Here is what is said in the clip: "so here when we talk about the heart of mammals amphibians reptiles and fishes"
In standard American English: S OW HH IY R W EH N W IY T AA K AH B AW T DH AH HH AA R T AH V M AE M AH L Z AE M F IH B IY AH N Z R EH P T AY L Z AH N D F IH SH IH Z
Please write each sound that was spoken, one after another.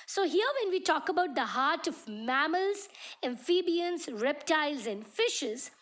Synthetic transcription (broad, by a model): S OW HH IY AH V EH N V IY T AA K AH B AW T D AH HH AA R T AH V M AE M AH L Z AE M F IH B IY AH N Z R EH P T AY L Z AH N D F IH SH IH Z